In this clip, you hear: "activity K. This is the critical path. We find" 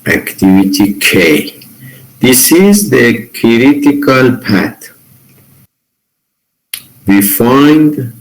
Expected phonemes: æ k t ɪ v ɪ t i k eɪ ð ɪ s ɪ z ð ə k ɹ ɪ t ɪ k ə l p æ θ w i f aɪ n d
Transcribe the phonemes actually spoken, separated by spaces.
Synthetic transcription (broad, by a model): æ k t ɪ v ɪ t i k eɪ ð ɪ s ɪ z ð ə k ɹ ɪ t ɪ k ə l p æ t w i f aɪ n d